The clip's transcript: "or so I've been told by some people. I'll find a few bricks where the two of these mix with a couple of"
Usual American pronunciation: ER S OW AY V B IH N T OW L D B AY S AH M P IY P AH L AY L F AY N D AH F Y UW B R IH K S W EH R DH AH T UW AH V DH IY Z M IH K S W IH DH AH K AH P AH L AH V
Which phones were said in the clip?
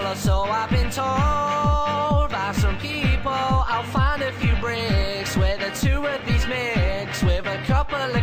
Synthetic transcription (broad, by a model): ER S OW AY V B IH N T OW L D B AY S AH M P IY P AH L AY L F AY N D AH F Y UW B R IH K S W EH DH AH T UW AH V DH IY Z M IH K S W IH DH AH K AH P AH L